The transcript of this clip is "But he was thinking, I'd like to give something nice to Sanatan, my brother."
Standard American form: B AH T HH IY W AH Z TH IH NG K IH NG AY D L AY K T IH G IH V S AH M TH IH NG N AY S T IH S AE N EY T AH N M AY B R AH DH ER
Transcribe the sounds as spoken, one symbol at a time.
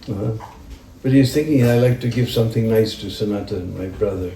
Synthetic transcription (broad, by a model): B AH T HH IY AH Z TH IH NG K IH NG AY L AY K T IH G IH V S AH M TH IH NG N AY S T IH S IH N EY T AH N M AY B R AH DH ER